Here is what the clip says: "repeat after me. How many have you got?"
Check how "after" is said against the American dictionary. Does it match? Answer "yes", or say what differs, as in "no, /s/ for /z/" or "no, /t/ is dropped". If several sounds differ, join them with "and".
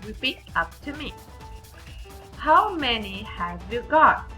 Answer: no, /p/ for /f/